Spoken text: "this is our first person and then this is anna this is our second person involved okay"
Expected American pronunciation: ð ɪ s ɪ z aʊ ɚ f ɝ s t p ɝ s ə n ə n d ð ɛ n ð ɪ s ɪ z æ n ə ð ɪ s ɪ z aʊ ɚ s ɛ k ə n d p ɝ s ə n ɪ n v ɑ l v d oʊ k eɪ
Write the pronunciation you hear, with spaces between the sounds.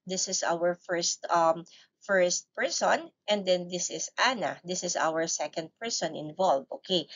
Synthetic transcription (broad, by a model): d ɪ s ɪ s aʊ ɚ f ɝ s t p ɝ s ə n ə n d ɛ n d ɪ s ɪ s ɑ n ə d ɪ s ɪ s aʊ ɚ s ɛ k ə n d p ɝ s ə n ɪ n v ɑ l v oʊ k eɪ